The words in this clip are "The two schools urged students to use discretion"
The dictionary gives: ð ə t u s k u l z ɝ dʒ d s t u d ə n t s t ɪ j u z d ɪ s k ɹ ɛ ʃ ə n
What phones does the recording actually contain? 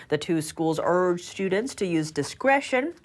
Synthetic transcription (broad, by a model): ð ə t u s k u l z ɝ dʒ s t u d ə n t s t ɪ j u z d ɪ s k ɹ ɛ ʃ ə n